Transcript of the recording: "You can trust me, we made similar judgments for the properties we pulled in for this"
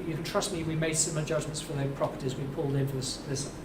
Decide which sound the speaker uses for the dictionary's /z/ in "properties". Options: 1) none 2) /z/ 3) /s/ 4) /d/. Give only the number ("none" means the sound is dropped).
2